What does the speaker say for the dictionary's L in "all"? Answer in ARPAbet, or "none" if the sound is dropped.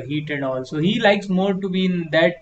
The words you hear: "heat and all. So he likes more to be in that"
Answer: L